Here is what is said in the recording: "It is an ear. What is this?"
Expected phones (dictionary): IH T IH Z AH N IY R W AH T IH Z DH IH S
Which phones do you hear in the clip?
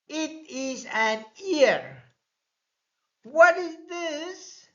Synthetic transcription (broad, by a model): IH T IH Z AH N IY R W AH T IH Z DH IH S